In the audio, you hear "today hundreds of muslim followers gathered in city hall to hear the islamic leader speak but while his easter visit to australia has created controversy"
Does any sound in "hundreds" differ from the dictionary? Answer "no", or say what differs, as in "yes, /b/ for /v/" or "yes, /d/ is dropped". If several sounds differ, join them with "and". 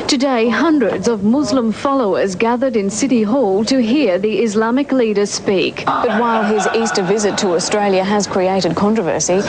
no